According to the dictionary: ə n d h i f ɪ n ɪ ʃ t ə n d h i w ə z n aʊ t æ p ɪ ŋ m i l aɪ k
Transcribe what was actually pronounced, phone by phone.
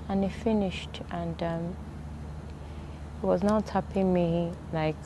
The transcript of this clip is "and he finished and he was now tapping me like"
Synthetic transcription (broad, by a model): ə n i f ɪ n ɪ ʃ t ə n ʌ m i w ə z n aʊ t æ p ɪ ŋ m i l aɪ k